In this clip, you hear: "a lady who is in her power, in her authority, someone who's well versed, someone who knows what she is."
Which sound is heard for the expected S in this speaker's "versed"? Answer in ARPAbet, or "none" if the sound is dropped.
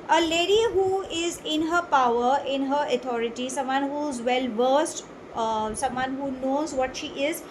S